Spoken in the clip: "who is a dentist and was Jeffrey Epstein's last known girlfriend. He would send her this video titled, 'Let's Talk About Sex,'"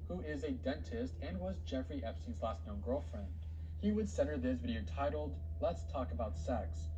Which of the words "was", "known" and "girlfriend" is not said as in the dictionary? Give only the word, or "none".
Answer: none